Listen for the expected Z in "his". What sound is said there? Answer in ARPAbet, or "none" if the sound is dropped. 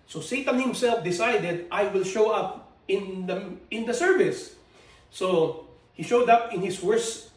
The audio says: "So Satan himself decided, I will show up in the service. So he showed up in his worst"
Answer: S